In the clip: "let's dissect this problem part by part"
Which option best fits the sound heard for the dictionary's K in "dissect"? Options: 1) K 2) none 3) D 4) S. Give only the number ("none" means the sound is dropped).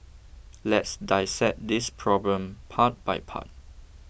2